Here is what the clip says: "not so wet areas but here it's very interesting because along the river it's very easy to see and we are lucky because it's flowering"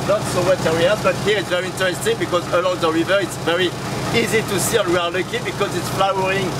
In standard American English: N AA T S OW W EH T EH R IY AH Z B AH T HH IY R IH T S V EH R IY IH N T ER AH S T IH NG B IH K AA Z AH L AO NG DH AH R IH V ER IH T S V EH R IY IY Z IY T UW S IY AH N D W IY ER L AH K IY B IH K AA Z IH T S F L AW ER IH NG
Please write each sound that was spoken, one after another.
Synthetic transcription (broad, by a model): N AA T S OW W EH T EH W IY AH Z B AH T HH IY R IH T S V EH R IY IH N T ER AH S T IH NG B IH K AA Z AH L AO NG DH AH R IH V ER IH T S V EH R IY IY Z IY T UW S IY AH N W IY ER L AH K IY B IH K AA Z IH T S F L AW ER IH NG